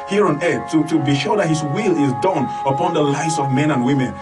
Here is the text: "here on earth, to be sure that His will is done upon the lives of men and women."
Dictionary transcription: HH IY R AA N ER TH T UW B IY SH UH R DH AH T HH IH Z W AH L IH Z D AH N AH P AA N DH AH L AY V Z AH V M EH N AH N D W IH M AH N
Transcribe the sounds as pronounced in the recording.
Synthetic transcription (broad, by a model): HH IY R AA N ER T T UW B IY SH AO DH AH T HH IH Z W AH L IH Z D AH N AH P AA N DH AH L AY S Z AH V M EH N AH N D W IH M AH N